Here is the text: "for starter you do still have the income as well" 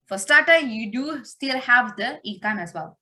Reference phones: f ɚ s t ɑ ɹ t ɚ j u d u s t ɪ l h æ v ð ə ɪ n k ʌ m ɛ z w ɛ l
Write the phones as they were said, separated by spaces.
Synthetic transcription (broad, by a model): f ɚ s t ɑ t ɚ j u d u s t ɪ l h æ v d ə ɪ k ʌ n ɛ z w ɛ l